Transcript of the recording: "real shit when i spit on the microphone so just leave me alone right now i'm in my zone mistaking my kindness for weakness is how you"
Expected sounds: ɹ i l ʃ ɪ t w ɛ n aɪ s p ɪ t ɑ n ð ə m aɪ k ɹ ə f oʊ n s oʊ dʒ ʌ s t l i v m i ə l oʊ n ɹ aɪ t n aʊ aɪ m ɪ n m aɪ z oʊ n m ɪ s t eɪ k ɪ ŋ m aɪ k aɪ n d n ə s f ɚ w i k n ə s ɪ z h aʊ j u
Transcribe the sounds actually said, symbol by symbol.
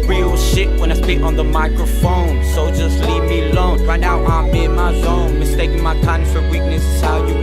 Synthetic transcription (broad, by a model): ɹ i l ʃ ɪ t w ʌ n aɪ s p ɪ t n ð ə m aɪ k ɹ ə f oʊ n s oʊ dʒ ʌ s t l i v m i ə l oʊ n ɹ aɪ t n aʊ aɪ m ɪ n m aɪ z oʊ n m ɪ s t eɪ k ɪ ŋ m aɪ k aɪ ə f ɚ w i k n ə s ɪ z h aʊ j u